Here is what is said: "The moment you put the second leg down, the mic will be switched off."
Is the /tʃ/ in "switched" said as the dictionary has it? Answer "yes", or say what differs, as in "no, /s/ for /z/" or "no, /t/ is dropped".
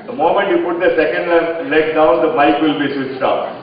no, /s/ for /tʃ/